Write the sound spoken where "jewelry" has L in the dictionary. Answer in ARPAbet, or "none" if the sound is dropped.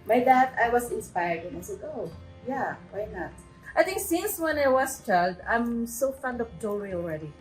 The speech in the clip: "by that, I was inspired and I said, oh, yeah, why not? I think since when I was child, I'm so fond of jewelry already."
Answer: none